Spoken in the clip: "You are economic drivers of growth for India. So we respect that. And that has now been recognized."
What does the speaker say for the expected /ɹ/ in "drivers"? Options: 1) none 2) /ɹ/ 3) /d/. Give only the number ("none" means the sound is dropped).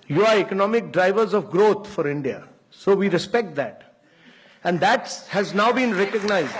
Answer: 2